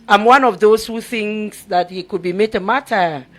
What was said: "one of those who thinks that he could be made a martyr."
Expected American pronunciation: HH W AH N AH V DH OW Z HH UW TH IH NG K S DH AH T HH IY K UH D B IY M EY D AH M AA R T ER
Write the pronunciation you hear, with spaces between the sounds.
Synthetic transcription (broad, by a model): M W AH N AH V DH OW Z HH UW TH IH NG S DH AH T HH IY K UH D B IY M EY D AH M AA T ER